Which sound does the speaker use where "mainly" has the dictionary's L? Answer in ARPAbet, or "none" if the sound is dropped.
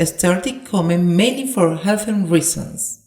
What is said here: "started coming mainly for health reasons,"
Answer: none